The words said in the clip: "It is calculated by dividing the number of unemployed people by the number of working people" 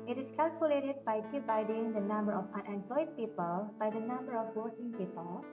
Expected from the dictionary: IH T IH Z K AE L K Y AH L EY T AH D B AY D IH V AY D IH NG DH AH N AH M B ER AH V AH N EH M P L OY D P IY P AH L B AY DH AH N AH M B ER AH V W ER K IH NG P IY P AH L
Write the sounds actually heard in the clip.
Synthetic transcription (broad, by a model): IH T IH S K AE L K Y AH L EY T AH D B AY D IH B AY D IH NG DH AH N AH M B ER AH F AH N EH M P L OY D P IY P AH L B AY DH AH N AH M B ER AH F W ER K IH NG P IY P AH L